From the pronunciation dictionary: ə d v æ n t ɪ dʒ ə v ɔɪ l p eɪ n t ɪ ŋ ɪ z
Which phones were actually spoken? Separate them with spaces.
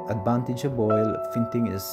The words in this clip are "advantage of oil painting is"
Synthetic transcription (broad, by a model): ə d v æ n t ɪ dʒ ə b ɔɪ l f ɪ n t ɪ ŋ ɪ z